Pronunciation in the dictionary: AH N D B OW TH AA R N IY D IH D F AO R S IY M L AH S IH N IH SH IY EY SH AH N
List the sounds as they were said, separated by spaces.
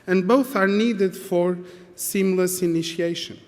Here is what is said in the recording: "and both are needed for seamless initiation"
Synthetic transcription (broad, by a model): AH N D B OW TH AA R N IY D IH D F AO R S IY M L AH S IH N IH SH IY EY SH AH N